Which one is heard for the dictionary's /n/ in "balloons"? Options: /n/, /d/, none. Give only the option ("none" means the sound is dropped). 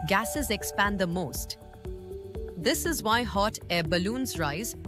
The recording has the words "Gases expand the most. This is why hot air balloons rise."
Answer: /n/